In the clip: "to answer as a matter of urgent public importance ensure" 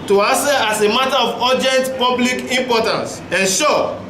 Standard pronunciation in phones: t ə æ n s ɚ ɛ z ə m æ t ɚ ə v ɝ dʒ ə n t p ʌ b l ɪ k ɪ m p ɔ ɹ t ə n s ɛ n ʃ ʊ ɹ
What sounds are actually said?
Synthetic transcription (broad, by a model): t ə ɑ s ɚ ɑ s ə m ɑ t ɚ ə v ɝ dʒ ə n t p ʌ b l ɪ k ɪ m p ɔ t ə n s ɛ n ʃ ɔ